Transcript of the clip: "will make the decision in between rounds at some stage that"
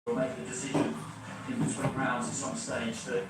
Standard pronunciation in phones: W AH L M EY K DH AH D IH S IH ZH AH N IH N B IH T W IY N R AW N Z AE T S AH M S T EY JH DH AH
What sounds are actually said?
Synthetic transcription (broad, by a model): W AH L M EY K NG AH D IH S IH ZH AH N IH N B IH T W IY R AW N Z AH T S AH M S T EY JH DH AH